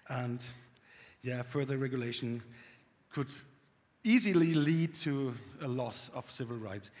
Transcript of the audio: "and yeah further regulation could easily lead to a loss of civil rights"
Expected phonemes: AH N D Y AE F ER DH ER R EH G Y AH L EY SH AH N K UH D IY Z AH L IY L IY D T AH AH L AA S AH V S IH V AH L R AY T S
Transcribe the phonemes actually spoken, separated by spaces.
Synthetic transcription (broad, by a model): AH N Y AE F ER DH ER R EH G Y AH L EY SH AH N K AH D IY Z AH L IY L IY D T AH AH L AA S AH V S IH V AH L R AY T S